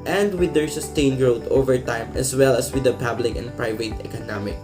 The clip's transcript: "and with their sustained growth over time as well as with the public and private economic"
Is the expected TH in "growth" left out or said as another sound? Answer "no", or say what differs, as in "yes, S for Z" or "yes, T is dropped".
yes, T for TH